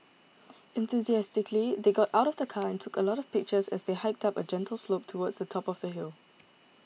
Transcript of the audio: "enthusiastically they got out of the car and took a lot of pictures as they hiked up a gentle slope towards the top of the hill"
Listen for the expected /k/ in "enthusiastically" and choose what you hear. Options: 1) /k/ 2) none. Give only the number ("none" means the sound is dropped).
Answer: 1